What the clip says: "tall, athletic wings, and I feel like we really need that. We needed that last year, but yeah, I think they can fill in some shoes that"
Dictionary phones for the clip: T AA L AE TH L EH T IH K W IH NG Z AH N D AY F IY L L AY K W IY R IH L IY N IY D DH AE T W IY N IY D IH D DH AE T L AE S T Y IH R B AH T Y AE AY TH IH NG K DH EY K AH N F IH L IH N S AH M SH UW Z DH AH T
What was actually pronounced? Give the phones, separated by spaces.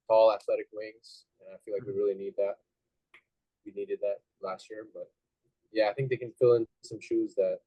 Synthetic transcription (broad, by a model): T AA L AE TH L EH T IH K W IH NG Z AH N AY F IY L L AY K W IY R IH L IY N IY D DH AE T W IY N IY D IH D DH AE T L AE S T Y IH R B AH T Y AE AY TH IH NG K DH EY K AH N F IH L IH N S AH M SH UW Z DH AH T